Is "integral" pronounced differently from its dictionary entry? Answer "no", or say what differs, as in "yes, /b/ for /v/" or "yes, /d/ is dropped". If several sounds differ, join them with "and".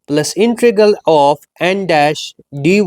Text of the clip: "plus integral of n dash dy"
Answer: yes, /ɹ/ is dropped